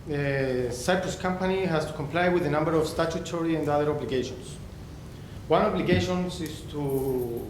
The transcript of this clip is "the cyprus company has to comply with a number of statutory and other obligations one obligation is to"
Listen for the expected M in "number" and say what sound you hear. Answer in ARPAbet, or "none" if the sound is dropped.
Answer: M